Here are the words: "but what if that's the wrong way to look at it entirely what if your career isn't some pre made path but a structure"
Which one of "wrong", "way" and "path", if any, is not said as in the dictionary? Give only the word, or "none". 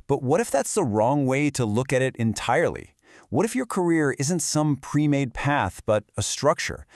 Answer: none